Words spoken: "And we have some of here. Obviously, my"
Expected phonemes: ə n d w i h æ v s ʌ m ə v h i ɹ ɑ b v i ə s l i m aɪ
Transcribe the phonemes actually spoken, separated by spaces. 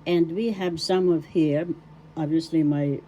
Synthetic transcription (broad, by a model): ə n d w i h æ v s ʌ m ə v h i ɹ ɑ b v i ə s l i m aɪ